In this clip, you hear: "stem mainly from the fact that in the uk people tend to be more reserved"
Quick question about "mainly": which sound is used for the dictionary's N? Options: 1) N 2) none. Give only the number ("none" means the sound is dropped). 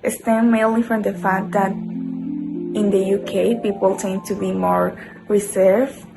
2